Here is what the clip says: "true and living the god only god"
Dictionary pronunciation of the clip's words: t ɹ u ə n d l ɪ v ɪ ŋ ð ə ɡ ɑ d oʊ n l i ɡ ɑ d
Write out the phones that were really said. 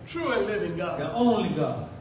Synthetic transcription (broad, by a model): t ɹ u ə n l ɪ v ɪ ŋ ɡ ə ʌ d oʊ n l i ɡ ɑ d